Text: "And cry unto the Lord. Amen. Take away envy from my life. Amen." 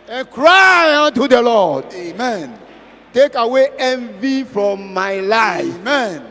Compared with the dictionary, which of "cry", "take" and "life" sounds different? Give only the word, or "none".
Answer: life